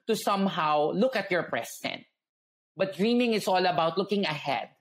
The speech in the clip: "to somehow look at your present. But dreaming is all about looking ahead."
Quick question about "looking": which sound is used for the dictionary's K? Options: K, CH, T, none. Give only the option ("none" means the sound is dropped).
K